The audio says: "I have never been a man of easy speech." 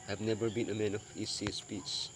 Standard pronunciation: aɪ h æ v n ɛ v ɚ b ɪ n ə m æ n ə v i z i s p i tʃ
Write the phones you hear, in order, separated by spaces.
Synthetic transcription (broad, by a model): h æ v n ɛ v ɚ b ɪ n ə m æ n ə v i s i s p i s